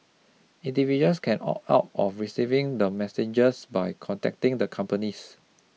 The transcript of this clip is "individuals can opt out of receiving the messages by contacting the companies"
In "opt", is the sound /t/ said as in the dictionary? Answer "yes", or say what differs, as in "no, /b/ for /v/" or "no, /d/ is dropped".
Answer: no, /t/ is dropped